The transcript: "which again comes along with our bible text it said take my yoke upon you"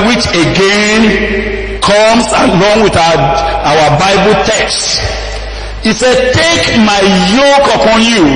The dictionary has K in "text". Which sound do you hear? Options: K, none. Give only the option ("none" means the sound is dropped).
K